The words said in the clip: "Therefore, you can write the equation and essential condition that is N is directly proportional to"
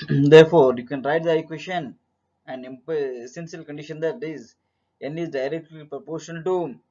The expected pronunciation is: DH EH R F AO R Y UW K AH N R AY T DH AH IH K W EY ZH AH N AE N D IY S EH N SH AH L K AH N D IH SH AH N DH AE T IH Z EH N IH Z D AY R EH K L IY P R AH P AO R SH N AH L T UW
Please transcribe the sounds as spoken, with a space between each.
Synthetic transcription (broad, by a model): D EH R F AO R Y UW K AH N R AY T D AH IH K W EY SH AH N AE N D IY S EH N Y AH L K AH N D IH SH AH N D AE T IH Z EH N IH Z D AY R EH K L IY P R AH P AO R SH AH N T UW